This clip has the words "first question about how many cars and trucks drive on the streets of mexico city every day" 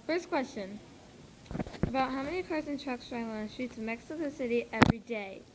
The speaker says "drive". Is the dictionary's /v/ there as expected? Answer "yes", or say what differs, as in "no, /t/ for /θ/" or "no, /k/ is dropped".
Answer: no, /v/ is dropped